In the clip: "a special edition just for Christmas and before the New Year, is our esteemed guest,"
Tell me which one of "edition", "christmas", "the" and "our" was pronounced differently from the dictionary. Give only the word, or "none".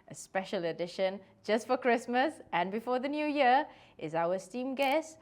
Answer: our